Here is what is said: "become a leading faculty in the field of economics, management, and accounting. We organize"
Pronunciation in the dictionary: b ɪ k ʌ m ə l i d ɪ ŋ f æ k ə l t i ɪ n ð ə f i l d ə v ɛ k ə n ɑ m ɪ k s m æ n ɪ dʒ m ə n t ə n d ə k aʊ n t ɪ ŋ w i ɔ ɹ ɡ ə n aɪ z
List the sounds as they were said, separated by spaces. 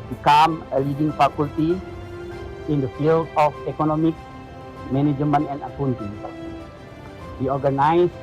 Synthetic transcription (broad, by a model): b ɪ k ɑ m ə l i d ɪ ŋ f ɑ k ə l t i ɪ n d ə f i l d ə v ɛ k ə n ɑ m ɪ k m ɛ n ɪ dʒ m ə n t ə n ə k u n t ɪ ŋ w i ɔ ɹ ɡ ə n aɪ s